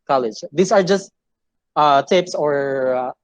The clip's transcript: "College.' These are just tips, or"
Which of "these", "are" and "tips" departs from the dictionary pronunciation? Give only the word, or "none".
these